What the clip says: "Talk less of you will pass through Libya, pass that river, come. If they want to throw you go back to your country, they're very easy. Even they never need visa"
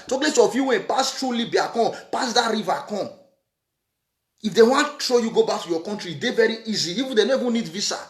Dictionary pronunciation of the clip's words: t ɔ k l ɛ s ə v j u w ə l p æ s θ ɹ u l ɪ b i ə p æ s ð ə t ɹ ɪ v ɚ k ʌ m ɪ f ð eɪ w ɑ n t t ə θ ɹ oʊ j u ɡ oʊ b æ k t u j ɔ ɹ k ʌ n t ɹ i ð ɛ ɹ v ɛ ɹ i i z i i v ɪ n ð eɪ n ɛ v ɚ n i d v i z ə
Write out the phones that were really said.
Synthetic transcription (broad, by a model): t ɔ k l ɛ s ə f j u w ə n p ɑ s t ɹ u l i b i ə p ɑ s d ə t ɹ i v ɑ k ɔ ɪ f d eɪ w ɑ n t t ɹ oʊ j u ɡ oʊ b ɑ k t u j ɔ k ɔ n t ɹ i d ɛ v ɛ ɹ i i z i i v ɪ n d eɪ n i v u n i d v i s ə